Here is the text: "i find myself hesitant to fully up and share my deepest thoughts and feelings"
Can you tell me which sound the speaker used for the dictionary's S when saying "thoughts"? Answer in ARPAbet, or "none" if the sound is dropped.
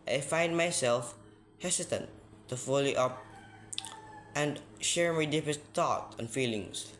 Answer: none